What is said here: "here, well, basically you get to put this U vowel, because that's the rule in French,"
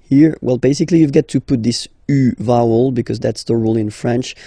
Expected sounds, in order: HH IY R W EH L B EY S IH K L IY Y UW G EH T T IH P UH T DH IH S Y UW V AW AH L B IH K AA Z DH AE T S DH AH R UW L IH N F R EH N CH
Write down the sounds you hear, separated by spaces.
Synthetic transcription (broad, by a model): HH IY R W EH L B EY S IH K L IY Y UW G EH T T IH P UH T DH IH S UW V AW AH L B IH K AA Z DH AE T S DH AH R UW L IH N F R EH N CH